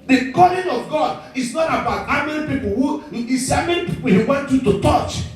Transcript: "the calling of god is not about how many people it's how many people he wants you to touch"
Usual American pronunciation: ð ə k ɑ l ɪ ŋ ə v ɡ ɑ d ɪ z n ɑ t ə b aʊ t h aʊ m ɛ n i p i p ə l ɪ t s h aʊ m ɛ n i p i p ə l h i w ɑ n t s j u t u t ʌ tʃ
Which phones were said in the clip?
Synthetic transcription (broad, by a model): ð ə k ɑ l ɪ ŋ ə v ɡ ɑ d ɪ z n ɑ t ə b aʊ t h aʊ m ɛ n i p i p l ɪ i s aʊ m ɛ n i p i p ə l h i w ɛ n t j u t u t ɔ tʃ